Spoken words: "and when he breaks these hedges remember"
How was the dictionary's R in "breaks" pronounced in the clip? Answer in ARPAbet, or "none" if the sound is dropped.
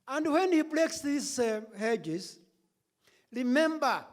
L